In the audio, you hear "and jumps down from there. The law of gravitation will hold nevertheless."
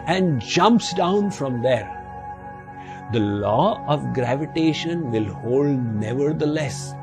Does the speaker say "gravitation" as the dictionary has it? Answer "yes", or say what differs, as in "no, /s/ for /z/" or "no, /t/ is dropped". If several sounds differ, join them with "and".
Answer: yes